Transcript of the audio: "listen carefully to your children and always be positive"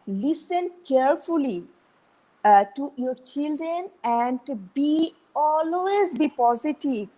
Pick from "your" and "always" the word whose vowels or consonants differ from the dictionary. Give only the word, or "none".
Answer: none